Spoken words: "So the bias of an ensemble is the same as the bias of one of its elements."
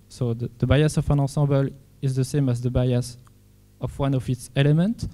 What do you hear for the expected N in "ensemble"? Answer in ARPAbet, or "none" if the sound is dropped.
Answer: none